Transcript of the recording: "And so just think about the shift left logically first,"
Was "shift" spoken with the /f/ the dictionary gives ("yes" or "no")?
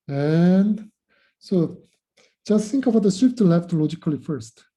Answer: no